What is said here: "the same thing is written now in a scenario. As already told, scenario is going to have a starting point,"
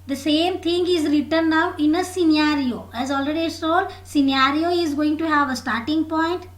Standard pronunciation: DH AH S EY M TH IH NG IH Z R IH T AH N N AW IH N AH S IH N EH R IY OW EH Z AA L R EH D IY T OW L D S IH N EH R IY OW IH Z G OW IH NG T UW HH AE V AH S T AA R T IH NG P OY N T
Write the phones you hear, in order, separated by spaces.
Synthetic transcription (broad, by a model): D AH S EY M T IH NG IH Z R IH T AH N N AW IH N AH S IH N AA R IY OW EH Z AA L R EH D IY S OW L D S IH N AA R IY OW IH Z G OW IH NG T UW HH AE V AH S T AA R T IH NG P OY N T